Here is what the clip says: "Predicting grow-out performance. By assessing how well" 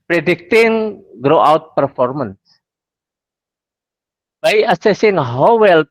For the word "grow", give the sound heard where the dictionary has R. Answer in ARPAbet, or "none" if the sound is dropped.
R